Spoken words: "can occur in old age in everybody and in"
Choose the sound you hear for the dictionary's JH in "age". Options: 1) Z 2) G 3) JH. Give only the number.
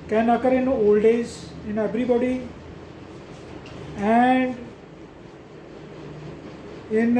1